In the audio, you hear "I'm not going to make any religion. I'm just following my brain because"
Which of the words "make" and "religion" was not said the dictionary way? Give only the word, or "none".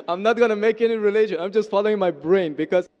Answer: religion